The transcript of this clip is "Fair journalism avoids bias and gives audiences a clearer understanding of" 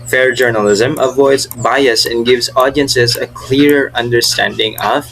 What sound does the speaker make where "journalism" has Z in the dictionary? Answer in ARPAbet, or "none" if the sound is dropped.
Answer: Z